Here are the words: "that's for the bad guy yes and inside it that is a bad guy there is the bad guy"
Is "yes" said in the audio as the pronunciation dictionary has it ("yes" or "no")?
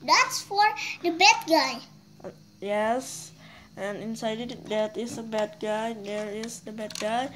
yes